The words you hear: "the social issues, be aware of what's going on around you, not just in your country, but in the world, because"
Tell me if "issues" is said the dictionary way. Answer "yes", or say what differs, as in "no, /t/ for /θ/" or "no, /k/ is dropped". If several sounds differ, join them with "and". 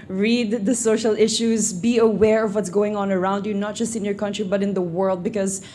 yes